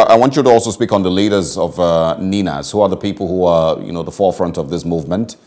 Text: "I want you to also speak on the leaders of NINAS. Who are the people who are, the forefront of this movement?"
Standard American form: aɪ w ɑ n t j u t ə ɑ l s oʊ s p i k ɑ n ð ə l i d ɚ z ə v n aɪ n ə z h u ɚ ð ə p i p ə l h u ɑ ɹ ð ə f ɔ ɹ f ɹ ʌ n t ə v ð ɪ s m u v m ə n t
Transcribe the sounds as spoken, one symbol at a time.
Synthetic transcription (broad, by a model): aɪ w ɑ n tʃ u t ə ɑ l s oʊ s p i k n ð ə l i d ɚ z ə v n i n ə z h u ɚ ð ə p i p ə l h u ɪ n ð ə f ɔ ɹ f ɹ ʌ n t ə v ð ɪ s m u v m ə n t